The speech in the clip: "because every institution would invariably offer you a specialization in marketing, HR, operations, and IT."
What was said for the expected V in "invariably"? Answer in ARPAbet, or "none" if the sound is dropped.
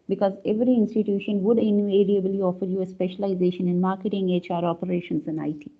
none